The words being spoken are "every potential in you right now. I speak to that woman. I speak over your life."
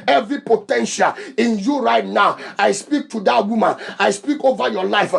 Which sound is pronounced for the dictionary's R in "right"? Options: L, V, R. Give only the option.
R